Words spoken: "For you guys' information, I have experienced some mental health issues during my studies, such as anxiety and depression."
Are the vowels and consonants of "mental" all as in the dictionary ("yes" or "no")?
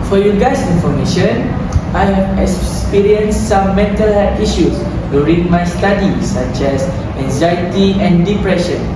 yes